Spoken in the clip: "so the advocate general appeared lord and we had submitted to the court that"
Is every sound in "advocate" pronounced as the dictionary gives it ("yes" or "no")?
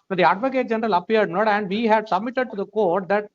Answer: yes